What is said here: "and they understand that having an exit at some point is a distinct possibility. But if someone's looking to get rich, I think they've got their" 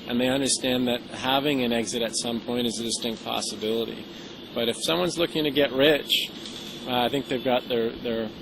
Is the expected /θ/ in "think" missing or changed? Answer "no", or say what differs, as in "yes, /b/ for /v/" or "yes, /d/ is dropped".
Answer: no